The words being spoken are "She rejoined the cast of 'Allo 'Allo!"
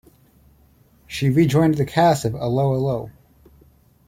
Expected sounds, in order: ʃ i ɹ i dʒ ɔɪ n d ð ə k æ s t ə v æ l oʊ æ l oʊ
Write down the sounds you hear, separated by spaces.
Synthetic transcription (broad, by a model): ʃ i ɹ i dʒ ɔɪ n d ð ə k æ s ə v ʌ l oʊ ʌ l oʊ